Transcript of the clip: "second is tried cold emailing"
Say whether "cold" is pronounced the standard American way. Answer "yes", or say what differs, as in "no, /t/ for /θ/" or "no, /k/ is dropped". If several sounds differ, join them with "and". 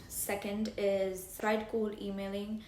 no, /d/ is dropped